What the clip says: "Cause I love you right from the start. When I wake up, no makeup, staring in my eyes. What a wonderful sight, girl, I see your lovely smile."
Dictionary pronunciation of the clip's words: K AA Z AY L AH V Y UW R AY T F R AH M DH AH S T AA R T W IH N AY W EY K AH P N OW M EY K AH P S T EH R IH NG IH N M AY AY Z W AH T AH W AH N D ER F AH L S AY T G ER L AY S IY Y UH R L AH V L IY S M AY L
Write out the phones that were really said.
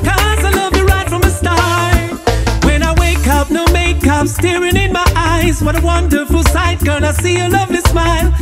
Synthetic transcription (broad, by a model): K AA Z AY L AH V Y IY R AY T F R AH M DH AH S T AA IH W IH N AY W EY K AH P N OW M EY K AH P S T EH R IH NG IH N M AY AY Z W AH T AH W AH N D ER F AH L S AY T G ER N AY S IY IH L AH V L IY S M AY L